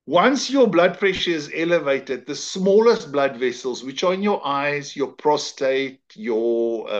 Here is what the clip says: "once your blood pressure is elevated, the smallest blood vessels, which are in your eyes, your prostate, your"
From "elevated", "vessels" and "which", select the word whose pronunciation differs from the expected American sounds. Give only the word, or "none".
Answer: none